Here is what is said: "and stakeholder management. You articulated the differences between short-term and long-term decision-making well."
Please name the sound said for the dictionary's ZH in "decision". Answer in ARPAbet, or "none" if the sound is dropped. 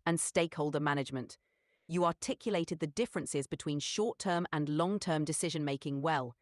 ZH